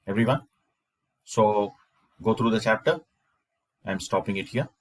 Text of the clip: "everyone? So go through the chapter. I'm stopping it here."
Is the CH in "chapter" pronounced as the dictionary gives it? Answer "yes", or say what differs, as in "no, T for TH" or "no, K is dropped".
yes